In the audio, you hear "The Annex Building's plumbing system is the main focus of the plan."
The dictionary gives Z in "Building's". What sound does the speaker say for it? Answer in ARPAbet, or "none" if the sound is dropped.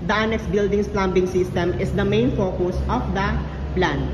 S